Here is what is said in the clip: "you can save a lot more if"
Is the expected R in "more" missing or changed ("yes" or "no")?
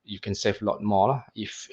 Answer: yes